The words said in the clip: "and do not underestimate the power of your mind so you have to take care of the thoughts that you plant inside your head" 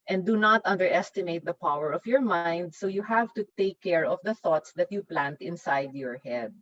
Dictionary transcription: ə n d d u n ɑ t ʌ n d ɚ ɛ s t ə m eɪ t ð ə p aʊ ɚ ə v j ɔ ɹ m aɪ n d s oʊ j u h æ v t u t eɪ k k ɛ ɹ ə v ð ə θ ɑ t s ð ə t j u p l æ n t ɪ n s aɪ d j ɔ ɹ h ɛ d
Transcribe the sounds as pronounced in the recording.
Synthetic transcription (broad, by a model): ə n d d u n ɑ t ʌ n d ɚ ɛ s t ə m eɪ t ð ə p aʊ ɚ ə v j ɔ ɹ m aɪ n d s oʊ j u h æ v t u t eɪ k k ɛ ɹ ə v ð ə θ ɑ t s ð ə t j u p l æ n t ɪ n s aɪ d j ɔ ɹ h ɛ d